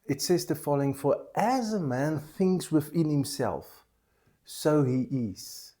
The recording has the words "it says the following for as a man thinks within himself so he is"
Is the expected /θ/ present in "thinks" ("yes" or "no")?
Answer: yes